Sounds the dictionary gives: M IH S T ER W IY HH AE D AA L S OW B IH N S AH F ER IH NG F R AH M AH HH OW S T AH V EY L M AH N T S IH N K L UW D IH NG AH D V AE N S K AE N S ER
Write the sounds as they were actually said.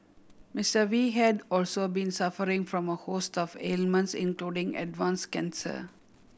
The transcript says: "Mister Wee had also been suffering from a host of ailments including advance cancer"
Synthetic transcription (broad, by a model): M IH S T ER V IY HH AE D AA L S OW B IH N S AH F ER IH NG F R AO M AH HH OW S T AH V EY L M AH N T S IH N K L UW D IH NG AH D V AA N S K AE N S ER